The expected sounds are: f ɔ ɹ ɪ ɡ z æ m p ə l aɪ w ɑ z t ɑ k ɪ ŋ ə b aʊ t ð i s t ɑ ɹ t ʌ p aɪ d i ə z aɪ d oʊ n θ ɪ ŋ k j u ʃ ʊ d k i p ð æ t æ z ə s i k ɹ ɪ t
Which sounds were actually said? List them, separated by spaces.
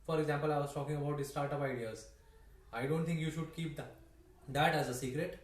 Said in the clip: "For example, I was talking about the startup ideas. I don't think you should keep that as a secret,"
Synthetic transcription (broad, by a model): f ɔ ɹ ɪ ɡ z æ m p ə l aɪ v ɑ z t ɑ k ɪ ŋ ə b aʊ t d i s t ɑ ɹ t ʌ p aɪ d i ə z aɪ d oʊ n t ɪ ŋ k j u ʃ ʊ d k i p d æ t æ z ə s i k ɹ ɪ t